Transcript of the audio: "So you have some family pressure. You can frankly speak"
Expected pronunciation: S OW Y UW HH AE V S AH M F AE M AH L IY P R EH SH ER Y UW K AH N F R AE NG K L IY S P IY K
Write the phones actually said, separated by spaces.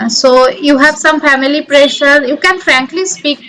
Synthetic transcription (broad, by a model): S OW Y UW HH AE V S AH M F AE M AH L IY P R EH SH ER Y UW K AH N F R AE NG K L IY S P IY K